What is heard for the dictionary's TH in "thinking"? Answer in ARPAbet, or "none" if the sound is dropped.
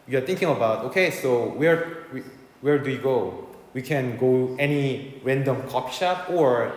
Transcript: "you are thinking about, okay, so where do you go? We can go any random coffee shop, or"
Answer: T